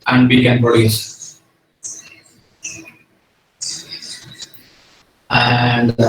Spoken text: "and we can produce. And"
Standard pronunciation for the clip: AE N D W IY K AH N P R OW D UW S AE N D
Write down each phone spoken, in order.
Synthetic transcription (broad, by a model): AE N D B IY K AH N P OW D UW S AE N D